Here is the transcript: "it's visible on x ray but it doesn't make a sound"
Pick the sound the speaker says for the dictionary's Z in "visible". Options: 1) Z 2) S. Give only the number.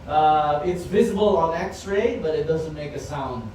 1